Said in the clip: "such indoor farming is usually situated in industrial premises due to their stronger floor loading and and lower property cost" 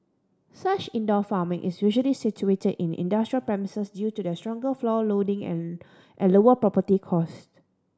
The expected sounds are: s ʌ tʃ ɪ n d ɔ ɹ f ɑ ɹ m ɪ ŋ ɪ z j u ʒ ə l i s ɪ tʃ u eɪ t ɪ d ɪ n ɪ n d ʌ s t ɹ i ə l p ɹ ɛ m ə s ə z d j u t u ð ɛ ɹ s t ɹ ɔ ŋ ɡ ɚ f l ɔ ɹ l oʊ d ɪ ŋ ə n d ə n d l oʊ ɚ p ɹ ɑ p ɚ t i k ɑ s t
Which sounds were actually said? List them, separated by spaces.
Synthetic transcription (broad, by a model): s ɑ tʃ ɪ n d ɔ f ɑ m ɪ ŋ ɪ s j u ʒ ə l i s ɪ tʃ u eɪ t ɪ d ɪ n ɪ n d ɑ s t ɹ i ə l p ɹ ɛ m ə s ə s d j u t u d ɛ s t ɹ ɔ ŋ ɡ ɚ f l ɔ l oʊ d ɪ ŋ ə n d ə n l oʊ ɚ p ɹ ɑ p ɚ t i k ɑ s t